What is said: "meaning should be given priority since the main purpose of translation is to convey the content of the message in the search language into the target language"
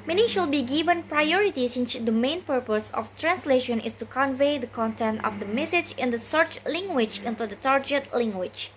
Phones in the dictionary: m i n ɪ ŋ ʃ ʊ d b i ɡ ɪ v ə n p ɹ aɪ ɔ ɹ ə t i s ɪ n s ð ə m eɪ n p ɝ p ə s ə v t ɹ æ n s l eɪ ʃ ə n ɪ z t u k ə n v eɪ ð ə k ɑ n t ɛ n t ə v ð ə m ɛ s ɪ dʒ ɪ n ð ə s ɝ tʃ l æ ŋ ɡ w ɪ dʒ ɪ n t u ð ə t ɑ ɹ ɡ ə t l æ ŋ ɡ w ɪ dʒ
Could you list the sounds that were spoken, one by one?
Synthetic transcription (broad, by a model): m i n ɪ ʃ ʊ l b i ɡ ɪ v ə n p ɹ aɪ ɔ ɹ ə t i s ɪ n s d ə m eɪ n p ɝ p ə s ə f t ɹ æ n s l eɪ ʃ ə n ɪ s t u k ə n v eɪ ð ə k ɑ n t ɛ n t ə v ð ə m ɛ s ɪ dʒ ɪ n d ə s ɝ tʃ l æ ŋ ɡ w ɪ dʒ ɪ n t u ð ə t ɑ ɹ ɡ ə t l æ ŋ ɡ w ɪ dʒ